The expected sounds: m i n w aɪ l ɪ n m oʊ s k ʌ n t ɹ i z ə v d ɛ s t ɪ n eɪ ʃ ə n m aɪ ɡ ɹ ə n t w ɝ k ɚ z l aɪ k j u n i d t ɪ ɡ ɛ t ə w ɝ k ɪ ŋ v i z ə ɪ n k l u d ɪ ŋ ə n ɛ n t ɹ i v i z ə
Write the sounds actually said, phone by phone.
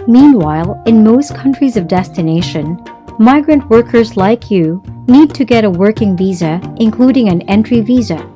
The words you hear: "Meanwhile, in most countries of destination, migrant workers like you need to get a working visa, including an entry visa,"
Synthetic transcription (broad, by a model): m i n w aɪ l ɪ n m oʊ s k ʌ n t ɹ i z ə v d ɛ s t ɪ n eɪ ʃ ə n m aɪ ɡ ɹ ə n t w ɝ k ɚ z l aɪ k j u n i d t ɪ ɡ ɛ t ə w ɝ k ɪ ŋ v i z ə ɪ n k l u d ɪ ŋ ə n ɛ n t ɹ i v i z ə